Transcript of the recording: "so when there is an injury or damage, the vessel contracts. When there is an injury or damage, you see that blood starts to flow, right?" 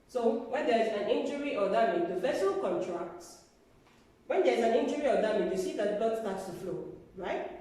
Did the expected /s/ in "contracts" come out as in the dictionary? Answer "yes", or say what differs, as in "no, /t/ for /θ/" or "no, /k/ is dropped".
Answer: no, /s/ is dropped